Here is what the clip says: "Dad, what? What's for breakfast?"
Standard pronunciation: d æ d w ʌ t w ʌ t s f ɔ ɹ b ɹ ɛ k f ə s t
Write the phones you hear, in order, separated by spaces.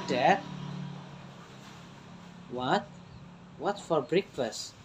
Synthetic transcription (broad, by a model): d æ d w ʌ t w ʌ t f ɔ ɹ b ɹ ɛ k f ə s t